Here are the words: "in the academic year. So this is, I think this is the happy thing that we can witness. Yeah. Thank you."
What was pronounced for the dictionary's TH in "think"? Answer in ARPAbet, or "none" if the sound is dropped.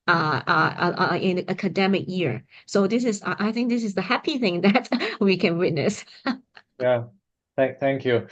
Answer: TH